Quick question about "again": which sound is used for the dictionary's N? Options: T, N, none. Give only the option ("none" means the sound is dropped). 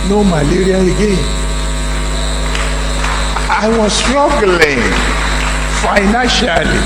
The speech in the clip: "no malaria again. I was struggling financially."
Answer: none